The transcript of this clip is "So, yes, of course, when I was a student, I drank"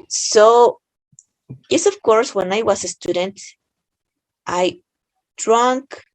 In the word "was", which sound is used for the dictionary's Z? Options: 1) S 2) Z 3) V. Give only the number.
1